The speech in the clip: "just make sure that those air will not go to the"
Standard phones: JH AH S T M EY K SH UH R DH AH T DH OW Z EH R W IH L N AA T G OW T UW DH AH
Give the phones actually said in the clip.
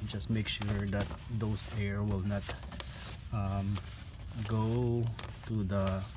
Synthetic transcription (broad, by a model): JH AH S T M EY K SH UH R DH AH T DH OW S EH R W IH L N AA T G OW T UW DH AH